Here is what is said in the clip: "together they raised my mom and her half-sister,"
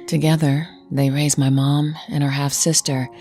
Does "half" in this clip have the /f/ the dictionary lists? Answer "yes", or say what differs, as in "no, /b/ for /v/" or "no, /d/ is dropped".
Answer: yes